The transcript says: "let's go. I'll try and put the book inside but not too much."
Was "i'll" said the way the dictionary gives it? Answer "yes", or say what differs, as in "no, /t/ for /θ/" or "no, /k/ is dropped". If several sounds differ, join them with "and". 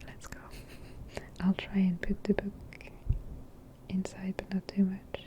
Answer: yes